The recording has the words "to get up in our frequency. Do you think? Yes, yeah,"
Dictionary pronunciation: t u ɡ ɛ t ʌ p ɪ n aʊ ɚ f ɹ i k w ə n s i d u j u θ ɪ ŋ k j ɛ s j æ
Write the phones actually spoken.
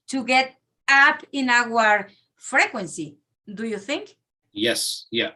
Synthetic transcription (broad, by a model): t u ɡ ɛ t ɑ p ɪ n aʊ ɚ f ɹ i k w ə n s i d u j u θ ɪ ŋ k j ɛ s j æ